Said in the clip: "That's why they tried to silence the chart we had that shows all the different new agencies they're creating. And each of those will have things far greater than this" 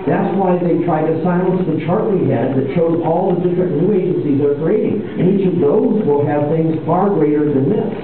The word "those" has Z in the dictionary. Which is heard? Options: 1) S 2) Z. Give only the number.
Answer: 2